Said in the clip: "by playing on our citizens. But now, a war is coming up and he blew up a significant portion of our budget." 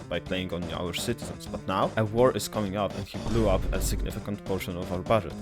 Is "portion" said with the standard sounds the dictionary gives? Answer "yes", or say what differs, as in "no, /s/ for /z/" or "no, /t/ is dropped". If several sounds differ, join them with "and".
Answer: yes